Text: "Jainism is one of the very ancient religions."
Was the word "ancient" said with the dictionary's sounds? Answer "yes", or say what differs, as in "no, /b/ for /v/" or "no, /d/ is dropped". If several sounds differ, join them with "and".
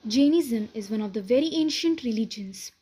yes